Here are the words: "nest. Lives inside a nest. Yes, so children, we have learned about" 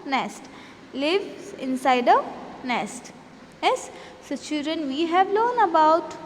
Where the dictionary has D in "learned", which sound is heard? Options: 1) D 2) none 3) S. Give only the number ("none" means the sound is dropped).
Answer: 2